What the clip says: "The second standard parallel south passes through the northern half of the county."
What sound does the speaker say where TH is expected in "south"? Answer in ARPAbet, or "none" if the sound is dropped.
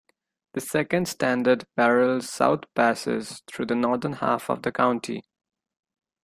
T